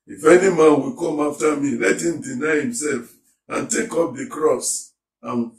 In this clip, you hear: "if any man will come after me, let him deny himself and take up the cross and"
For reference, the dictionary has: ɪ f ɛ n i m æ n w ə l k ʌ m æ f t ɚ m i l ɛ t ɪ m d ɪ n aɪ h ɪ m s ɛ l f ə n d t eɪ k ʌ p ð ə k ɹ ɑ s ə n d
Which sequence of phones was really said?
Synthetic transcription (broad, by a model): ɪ f ɛ n i m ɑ n w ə k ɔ m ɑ f t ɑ m i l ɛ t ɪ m d ɪ n aɪ h ɪ m s ɛ l f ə n t eɪ k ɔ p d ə k ɹ ɑ s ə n